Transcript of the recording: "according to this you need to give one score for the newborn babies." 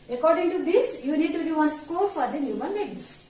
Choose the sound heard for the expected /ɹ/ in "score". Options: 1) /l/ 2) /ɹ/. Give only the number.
1